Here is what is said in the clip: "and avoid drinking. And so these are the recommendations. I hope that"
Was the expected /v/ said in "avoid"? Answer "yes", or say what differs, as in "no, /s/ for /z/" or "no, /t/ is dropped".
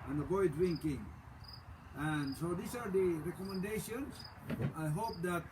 no, /b/ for /v/